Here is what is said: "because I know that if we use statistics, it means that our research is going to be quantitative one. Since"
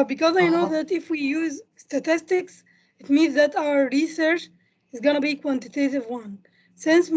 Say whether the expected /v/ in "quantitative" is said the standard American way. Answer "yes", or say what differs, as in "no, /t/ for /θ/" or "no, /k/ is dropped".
yes